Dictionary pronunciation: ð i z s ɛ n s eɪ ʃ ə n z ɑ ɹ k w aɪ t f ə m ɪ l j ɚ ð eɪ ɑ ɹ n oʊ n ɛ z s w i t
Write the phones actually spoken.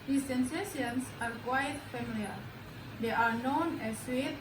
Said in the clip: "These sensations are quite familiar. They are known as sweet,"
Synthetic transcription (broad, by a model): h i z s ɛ n s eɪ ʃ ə n s ɑ ɹ k w aɪ t f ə m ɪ l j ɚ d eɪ ɑ ɹ n oʊ n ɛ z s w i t